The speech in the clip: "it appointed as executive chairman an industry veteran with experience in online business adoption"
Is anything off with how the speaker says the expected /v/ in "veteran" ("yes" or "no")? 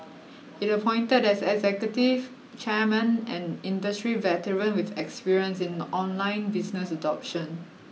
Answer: no